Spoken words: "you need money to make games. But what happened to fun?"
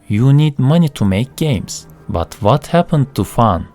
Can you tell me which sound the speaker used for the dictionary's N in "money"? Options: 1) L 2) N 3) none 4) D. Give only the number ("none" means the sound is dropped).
2